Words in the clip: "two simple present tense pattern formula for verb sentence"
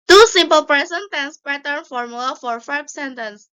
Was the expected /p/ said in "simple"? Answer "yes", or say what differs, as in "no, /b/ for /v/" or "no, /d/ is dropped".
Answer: yes